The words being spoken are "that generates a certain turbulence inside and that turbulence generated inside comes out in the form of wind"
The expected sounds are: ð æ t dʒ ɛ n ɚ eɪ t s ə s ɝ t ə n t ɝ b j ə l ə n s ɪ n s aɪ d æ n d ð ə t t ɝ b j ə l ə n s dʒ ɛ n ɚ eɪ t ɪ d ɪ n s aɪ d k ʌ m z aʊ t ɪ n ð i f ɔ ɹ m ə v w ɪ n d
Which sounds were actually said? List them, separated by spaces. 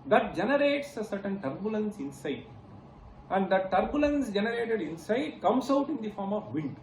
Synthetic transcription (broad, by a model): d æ t dʒ ɛ n ɚ eɪ t s ə s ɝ t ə n t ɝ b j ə l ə n s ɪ n s aɪ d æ n d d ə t t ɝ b j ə l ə n s dʒ ɛ n ɚ eɪ t ɪ d ɪ n s aɪ d k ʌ m s aʊ t ɪ n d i f ɔ ɹ m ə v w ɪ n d